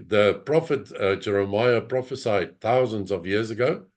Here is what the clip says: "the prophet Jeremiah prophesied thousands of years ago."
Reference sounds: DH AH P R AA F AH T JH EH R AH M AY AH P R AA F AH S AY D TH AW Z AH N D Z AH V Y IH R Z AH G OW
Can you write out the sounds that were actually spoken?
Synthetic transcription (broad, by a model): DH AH P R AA F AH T JH EH R AH M AY AH P R AA F AH S AY D TH AW Z AH N D Z AH V Y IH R Z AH G OW